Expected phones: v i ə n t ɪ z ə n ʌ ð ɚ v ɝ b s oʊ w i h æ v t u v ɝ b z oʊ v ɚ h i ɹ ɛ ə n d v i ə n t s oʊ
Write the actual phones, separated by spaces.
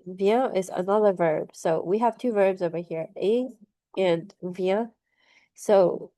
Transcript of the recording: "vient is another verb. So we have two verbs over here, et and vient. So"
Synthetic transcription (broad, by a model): v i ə t ɪ z ə n ʌ ð ɚ v ɝ b s oʊ w i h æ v t u v ɝ b z oʊ v ɚ h i ɹ ɛ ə n v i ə s oʊ